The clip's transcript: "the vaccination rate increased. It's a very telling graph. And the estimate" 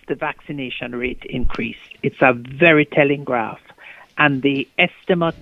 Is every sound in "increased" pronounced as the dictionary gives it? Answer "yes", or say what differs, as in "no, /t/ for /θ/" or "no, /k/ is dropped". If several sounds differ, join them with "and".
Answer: yes